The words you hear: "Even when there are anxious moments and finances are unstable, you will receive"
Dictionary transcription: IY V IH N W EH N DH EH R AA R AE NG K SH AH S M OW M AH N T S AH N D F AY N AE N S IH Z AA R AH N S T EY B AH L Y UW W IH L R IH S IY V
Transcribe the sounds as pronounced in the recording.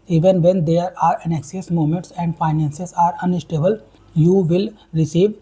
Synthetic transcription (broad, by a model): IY V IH N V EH N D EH R AA R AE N K S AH S M OW M AH N T S AH N D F AY N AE N S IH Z AA R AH N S T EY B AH L Y UW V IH L R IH S IY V